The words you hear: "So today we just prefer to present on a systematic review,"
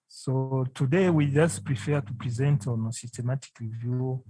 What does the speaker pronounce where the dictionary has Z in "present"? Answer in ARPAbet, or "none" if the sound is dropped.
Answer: Z